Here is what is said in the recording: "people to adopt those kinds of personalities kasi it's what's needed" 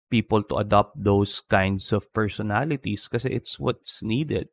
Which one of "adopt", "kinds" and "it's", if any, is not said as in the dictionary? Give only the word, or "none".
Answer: kinds